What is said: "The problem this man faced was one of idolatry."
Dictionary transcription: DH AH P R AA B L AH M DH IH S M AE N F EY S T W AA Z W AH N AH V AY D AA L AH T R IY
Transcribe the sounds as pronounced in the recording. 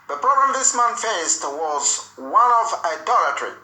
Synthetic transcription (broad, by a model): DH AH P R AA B AH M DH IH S M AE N F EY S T W AA Z W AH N AH V AY D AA L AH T R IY